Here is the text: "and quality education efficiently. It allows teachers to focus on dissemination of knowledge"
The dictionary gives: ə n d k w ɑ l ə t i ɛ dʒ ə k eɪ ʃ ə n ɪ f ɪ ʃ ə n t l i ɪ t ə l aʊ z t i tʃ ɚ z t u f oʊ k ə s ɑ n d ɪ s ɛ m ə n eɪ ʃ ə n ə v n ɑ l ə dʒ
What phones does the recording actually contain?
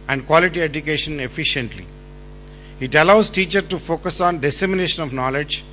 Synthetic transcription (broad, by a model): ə n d k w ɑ l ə t i ɛ dʒ ə k eɪ ʃ ə n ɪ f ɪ ʃ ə n t l i ɪ t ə l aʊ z t i tʃ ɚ t u f oʊ k ə s ɑ n d ɪ s ɛ m ə n eɪ ʃ ə n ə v n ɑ l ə dʒ